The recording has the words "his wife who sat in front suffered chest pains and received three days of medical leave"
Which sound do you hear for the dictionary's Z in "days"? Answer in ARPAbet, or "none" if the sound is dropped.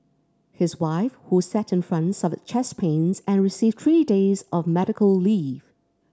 Z